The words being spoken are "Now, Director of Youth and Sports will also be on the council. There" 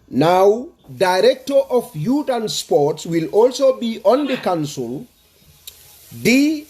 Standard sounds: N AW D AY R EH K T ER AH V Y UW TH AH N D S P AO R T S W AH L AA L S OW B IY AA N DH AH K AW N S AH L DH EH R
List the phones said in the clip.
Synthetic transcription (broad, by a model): N AW D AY R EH K T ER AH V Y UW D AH N S P AO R T S W AH L AA L S OW B IY AA N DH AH K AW N S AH L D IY